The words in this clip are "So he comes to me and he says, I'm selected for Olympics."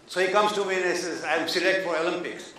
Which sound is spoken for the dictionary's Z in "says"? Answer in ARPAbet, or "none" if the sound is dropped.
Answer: none